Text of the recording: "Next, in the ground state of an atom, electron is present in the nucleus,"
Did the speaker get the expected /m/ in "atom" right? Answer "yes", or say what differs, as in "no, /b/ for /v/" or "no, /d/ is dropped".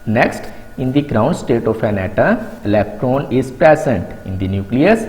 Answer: no, /m/ is dropped